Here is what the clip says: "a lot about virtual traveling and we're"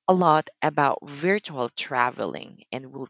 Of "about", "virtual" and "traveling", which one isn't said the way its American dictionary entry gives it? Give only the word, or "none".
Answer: none